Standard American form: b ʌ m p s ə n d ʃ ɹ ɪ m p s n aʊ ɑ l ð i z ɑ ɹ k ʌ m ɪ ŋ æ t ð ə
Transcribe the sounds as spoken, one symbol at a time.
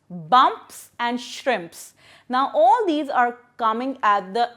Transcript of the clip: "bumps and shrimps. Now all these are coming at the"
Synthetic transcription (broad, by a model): b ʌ m p s ə n d ʃ ɹ ɪ m p s n aʊ ɑ l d i z ɑ ɹ k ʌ m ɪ ŋ æ t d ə